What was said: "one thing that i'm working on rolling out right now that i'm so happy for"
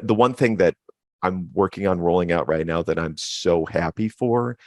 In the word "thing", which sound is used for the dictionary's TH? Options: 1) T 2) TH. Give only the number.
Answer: 2